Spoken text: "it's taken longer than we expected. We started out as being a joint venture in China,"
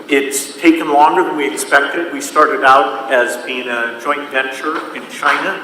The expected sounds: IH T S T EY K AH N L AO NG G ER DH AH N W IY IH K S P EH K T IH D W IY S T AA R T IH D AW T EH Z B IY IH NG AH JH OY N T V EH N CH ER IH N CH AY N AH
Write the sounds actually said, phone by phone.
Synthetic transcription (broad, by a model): IH T S T EY K AH N L AO NG G ER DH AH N W IY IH K S P EH K T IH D W IY S T AA R T IH D AW T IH Z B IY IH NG AH JH OY N T V EH N CH ER IH N CH AY N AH